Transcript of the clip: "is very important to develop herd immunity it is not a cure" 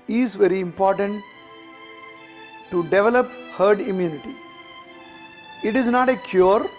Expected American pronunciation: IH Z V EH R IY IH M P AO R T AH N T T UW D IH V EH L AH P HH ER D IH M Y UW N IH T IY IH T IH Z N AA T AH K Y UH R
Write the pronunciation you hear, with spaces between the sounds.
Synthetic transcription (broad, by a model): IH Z V EH R IY IH M P AO R T AH N T T UW D IH V EH L AH P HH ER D IH M Y UW N IH T IY IH T IH Z N AA T AH K Y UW R